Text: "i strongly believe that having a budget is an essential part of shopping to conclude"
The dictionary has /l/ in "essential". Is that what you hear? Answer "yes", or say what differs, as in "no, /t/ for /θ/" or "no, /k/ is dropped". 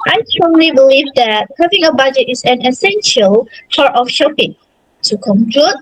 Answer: yes